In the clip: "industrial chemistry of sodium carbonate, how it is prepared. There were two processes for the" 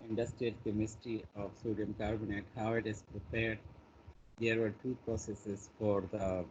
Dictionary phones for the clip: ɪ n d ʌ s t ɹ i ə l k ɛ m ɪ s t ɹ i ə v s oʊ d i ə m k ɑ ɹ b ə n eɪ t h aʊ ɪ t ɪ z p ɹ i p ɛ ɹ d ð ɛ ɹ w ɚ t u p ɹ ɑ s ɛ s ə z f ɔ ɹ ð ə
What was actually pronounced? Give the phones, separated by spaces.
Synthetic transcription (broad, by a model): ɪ n d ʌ s t ɹ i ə l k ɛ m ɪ s t i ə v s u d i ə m k ɑ ɹ b ə n eɪ t h aʊ ɪ t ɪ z p ɹ i p ɛ ɹ d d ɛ ɹ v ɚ t u p ɹ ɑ s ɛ s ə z f ɔ ɹ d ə